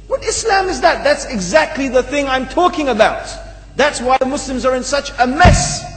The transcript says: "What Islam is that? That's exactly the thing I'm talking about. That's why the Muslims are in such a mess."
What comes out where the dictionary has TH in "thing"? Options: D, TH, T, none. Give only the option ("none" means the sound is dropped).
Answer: TH